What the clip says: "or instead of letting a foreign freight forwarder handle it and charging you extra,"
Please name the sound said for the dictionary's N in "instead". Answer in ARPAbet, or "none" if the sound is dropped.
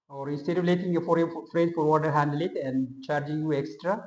none